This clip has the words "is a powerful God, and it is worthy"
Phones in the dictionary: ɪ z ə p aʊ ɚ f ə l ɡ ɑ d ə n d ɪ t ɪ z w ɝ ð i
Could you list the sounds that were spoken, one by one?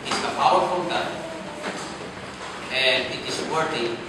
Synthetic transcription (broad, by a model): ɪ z ə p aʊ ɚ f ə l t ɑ ə n d ɪ t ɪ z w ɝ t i